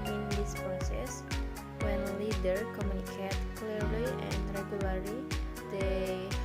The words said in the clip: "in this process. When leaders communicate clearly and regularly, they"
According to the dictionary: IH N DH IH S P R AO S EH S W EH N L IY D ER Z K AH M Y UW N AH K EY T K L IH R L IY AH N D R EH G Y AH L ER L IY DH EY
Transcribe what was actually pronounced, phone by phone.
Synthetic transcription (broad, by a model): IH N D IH S P R AO S EH S W EH N L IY D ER K AH M Y UW N AH K EY T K L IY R L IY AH N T R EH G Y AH L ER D IY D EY